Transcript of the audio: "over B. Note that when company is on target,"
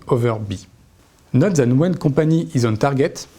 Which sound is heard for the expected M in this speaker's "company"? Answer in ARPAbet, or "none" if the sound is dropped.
none